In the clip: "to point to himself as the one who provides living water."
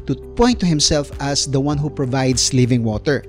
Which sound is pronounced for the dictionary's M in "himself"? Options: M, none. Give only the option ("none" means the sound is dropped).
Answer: M